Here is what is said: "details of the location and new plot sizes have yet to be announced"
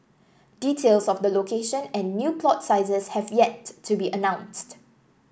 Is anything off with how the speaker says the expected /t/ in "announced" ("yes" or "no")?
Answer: no